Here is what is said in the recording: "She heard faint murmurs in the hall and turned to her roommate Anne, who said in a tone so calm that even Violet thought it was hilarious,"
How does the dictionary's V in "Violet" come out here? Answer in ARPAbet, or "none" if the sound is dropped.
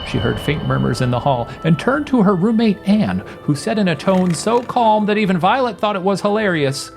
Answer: V